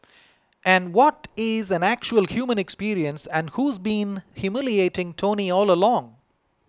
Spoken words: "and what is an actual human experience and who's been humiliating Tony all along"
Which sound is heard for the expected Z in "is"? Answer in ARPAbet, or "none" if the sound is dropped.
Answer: Z